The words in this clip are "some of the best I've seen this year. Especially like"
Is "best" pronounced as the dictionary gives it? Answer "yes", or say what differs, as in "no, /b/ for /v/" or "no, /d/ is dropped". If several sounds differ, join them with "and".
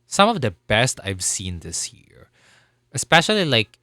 yes